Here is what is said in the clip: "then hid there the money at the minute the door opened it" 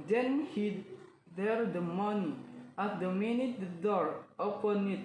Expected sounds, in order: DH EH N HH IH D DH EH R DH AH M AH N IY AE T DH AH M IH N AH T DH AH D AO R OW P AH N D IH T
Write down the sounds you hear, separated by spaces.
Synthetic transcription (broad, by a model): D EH N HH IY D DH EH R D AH M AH N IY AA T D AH M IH N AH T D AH D AO R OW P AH N IH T